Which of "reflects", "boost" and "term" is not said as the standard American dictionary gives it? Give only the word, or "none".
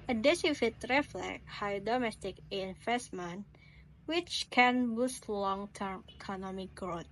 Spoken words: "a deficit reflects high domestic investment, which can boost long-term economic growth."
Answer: reflects